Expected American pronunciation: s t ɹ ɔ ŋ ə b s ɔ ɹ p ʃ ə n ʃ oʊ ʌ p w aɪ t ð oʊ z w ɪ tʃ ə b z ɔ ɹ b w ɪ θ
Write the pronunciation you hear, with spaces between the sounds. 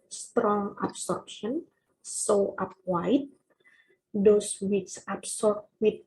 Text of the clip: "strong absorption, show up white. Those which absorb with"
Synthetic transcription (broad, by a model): s t ɹ ɔ ŋ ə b s ɔ ɹ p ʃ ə n s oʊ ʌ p w aɪ t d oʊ s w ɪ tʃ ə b s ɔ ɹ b w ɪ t